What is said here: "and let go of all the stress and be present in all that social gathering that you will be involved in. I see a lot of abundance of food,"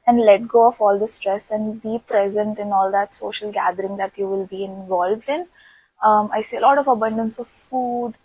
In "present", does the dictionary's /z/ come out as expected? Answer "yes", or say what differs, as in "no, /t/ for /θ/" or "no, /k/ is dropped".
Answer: yes